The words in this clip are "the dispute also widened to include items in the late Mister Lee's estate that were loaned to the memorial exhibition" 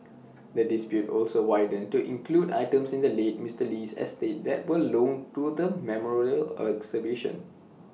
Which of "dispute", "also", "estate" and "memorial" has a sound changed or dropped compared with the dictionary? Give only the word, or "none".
none